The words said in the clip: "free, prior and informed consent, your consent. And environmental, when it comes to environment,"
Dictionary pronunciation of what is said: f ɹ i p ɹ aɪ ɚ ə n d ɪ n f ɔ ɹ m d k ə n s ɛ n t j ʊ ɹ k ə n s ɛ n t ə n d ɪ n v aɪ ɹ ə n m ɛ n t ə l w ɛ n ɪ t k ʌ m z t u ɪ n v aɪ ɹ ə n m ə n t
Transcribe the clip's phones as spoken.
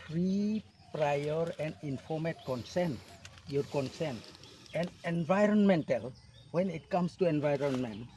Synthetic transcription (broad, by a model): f ɹ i p ɹ aɪ ɚ ə n d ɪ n f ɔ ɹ m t k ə n s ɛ n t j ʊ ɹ k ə n s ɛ n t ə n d ɪ n v aɪ ɹ ə n m ɛ n t ə l w ɛ n ɪ t k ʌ m s t u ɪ n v aɪ ɹ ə n m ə n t